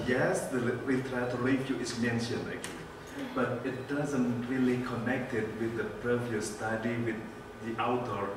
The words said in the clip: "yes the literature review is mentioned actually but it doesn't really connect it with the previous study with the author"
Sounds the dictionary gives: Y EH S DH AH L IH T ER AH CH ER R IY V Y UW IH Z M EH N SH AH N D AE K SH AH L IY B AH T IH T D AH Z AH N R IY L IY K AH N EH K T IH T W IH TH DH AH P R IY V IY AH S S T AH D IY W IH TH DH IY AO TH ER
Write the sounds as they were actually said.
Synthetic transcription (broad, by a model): Y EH S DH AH W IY T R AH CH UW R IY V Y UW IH S M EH N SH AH N EH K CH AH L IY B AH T IH T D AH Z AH N R IY L IY K AH N EH K T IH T W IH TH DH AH P R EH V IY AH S S T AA D IY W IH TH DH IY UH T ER